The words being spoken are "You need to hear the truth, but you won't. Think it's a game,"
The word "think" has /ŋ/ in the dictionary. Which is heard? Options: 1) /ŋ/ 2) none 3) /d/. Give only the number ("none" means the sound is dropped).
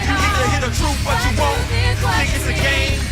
2